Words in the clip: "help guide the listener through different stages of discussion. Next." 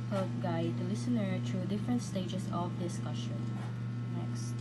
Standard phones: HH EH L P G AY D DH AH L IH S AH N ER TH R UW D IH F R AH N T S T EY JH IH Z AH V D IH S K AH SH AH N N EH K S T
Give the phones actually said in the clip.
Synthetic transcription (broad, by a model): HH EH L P G AY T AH L IH S AH N ER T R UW D IH F R AH N T S T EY JH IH S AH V D IH S K AH SH AH N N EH K S T